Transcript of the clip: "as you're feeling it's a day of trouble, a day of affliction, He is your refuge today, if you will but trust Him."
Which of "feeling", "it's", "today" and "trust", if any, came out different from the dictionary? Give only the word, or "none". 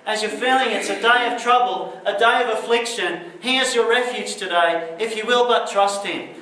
none